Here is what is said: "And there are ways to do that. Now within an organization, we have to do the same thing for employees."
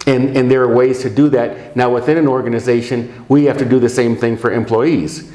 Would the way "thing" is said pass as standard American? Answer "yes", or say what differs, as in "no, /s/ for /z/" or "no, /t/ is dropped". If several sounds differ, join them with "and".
yes